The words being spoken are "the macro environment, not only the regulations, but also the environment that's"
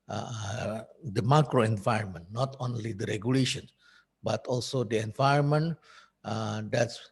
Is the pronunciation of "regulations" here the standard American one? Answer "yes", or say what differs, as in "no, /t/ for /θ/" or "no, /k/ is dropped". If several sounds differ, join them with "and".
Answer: no, /z/ is dropped